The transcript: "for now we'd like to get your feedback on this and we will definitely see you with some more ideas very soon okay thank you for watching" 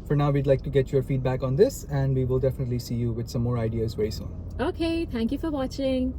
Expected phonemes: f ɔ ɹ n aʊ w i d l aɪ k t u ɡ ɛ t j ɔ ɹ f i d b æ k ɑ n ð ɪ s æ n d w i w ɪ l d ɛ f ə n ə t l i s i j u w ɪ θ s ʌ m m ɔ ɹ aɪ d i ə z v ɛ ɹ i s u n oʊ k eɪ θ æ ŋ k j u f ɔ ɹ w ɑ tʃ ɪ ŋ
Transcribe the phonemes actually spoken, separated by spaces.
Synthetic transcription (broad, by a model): f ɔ ɹ n aʊ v i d l aɪ k t u ɡ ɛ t j ɔ ɹ f i d b æ k ɑ n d ɪ s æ n d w i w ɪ l d ɛ f ə n ə t l i s i j u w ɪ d s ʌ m m ɔ ɹ aɪ d i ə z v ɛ i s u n oʊ k eɪ t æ ŋ k j u f ɔ ɹ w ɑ tʃ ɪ ŋ